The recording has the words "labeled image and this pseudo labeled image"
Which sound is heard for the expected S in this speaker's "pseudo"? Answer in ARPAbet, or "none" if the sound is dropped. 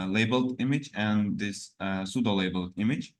S